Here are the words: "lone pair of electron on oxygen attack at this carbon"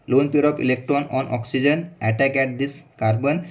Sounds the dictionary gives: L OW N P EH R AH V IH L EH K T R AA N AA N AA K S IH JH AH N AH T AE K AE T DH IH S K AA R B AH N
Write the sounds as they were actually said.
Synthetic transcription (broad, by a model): L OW N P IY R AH P IH L EH K T R AA N AA N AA K S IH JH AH N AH T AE K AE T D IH S K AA R B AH N